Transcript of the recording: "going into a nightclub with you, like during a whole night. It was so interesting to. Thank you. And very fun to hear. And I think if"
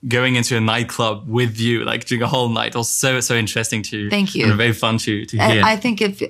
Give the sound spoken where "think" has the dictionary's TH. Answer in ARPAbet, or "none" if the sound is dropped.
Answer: TH